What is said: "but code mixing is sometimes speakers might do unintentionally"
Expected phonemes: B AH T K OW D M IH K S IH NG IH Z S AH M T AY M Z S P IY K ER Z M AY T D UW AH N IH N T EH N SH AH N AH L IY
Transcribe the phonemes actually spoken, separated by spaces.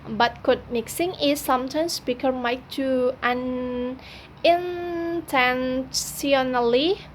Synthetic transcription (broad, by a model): B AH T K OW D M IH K S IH NG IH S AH M T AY M S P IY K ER M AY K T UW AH N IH N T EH N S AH N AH L IY